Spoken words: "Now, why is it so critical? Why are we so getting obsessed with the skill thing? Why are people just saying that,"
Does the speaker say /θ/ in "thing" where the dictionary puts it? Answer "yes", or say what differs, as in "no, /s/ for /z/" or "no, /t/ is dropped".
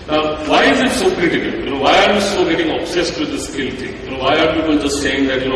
no, /t/ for /θ/